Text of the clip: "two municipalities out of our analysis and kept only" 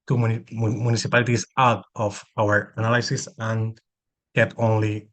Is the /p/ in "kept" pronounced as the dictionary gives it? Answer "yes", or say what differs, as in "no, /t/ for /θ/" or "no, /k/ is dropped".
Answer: no, /p/ is dropped